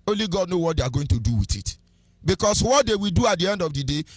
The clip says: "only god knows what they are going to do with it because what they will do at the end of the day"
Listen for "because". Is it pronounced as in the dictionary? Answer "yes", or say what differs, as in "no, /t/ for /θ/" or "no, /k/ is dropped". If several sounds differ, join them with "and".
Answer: no, /s/ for /z/